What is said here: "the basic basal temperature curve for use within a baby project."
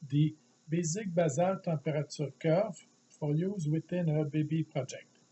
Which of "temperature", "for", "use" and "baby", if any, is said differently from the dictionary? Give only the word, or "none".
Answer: temperature